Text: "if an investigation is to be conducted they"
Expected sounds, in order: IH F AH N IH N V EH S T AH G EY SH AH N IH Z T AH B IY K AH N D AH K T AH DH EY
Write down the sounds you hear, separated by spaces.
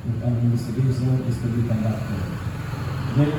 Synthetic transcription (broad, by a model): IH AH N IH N EH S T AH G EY S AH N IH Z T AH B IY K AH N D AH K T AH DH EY